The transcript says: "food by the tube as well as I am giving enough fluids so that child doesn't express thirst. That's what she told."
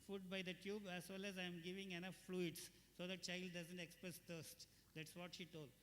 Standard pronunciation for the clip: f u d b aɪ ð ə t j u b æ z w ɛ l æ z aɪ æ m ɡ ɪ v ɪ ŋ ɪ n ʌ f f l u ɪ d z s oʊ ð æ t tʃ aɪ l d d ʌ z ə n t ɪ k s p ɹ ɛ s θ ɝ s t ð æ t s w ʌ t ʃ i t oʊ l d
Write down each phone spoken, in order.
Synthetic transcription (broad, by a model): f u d b aɪ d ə t j u b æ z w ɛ l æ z aɪ m ɡ ɪ v ɪ ŋ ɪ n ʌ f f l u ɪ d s s oʊ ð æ t tʃ aɪ l d d ʌ z ə n t ɪ k s p ɹ ɛ s t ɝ s t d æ t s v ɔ t ʃ i t oʊ l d